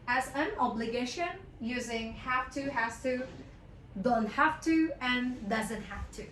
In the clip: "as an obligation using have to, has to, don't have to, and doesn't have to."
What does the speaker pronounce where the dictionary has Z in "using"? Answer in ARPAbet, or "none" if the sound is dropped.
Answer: Z